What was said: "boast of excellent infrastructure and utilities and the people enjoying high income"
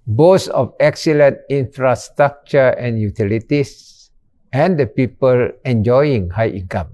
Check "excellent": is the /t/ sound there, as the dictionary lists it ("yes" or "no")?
yes